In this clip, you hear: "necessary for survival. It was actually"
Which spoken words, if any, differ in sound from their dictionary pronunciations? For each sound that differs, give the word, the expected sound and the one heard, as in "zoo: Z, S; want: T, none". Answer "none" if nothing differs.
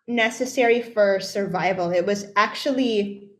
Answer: none